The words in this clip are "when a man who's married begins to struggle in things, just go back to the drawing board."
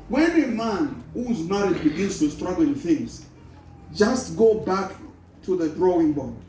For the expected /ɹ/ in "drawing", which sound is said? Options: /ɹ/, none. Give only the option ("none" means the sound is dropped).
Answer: /ɹ/